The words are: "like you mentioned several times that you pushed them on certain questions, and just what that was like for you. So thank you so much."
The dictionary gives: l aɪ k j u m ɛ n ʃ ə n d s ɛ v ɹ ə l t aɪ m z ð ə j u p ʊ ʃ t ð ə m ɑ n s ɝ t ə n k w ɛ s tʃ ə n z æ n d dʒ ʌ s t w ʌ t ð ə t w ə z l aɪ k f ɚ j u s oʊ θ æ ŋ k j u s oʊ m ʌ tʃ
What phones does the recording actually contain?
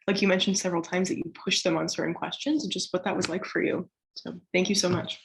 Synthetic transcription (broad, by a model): l aɪ k j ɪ m ɛ n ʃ n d s ɛ v ɹ l t aɪ m z ð ə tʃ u p ʊ ʃ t ð ə m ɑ n s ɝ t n k w ɛ s tʃ ə n z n dʒ ʌ s t w ʌ t ð ə t w ə z l aɪ k f ɚ j u s oʊ θ æ ŋ k j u s oʊ m ʌ tʃ